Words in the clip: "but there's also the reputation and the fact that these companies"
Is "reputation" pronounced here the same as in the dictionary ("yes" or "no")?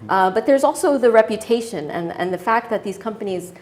yes